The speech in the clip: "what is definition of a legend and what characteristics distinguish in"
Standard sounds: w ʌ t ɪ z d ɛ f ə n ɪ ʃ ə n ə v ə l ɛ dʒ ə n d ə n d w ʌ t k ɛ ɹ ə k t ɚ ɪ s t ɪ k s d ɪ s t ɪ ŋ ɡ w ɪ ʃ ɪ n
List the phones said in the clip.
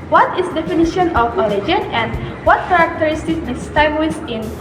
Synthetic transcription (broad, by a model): w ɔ t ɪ s d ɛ f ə n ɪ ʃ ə n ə f ə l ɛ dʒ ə n ə n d w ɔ t k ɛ ɹ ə k t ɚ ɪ s t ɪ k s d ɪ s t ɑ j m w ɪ s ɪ n